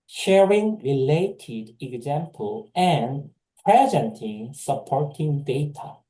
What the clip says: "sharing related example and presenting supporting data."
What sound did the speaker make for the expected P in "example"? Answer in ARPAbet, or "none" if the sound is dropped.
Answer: P